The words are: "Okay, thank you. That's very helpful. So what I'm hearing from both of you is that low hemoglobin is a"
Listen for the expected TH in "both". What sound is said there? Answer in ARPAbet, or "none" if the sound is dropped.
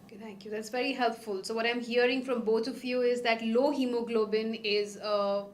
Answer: T